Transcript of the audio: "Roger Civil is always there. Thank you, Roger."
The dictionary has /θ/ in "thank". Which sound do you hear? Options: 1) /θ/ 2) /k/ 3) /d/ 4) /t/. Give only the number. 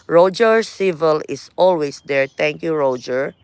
4